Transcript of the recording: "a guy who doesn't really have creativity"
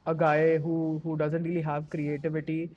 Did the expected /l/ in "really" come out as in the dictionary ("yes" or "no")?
yes